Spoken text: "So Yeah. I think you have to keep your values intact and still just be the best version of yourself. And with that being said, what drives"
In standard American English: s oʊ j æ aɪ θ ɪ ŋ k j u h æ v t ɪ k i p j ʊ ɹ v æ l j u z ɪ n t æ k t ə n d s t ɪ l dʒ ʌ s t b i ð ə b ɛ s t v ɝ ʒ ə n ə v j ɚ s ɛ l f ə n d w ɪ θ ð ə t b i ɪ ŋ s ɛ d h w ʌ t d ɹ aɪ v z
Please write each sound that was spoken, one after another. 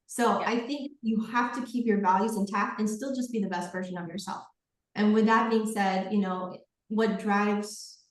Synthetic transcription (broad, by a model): s oʊ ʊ aɪ θ ɪ ŋ k j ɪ h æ f t ɪ k i p j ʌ ɹ v æ l j u z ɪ n t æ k ə n s t ɪ l dʒ ʌ s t b i ð ə b ɛ s t v ɝ ʒ ə n ə v j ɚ s ɛ l f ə n w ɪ ð ə t b i ɪ ŋ s ɛ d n w ʌ t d ɹ aɪ v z